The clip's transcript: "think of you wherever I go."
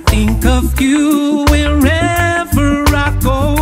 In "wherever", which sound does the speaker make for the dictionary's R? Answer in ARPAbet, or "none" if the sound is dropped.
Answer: R